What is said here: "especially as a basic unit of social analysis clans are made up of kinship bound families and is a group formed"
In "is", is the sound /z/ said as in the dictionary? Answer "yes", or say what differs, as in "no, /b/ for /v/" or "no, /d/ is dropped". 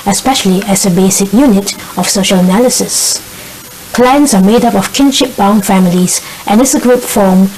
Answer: no, /s/ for /z/